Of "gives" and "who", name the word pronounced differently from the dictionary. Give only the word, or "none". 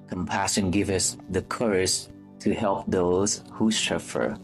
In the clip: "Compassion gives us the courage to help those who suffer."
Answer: gives